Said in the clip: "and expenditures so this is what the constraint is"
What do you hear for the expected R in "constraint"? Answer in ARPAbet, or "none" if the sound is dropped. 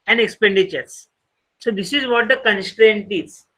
R